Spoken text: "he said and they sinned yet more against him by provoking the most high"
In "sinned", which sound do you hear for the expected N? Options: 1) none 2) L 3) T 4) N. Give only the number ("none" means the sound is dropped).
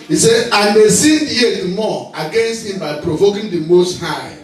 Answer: 1